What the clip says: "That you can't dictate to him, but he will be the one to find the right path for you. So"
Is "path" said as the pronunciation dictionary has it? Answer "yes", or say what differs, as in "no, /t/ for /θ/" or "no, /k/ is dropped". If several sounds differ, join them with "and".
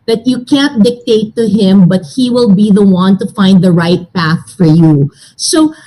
yes